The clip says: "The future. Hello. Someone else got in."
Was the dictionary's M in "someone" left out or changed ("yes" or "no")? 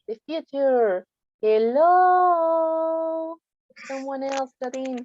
no